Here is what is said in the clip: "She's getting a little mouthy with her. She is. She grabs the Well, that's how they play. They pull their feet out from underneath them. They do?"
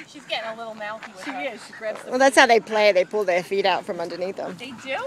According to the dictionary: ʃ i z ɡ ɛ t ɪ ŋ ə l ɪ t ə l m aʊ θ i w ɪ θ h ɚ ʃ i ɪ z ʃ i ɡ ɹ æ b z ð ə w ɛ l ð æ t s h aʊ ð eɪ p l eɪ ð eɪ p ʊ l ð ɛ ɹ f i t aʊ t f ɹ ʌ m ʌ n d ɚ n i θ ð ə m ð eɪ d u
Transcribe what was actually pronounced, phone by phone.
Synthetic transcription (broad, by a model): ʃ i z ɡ ɛ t ɪ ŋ ə l ɪ t l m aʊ t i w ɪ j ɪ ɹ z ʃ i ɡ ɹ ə w ɛ l ð æ t s h aʊ ð eɪ p l eɪ ð eɪ p ʊ l ð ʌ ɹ f i t aʊ t f ɹ ʌ m ʌ n d ɚ n i θ ð ə m ð eɪ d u